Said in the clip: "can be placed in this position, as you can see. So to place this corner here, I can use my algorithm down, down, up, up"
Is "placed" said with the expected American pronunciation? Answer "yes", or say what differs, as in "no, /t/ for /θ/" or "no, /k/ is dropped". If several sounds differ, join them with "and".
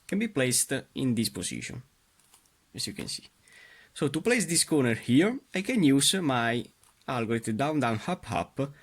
yes